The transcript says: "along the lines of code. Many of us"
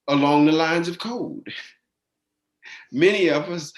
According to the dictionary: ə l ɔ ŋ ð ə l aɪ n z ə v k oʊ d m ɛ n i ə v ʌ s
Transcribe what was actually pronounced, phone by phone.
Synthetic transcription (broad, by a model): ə l ɔ ŋ ð ə l aɪ n z ə v k oʊ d m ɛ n i ə v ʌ s